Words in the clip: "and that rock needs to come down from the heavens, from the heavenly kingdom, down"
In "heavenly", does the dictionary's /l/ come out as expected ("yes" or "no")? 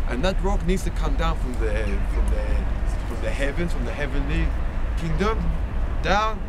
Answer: yes